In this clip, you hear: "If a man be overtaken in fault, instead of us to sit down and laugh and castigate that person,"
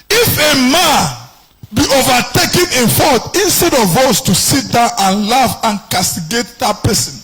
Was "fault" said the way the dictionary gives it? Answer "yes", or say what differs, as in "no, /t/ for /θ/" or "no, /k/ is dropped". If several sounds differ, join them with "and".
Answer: no, /l/ is dropped